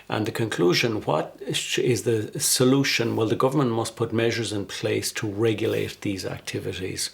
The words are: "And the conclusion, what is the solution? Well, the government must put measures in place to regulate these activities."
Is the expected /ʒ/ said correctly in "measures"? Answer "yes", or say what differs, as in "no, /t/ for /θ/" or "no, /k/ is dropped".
yes